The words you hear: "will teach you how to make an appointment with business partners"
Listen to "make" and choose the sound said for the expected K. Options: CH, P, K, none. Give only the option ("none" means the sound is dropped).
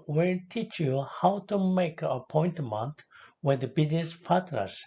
none